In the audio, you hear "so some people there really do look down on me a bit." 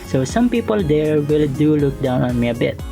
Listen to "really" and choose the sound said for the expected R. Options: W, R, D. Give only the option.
W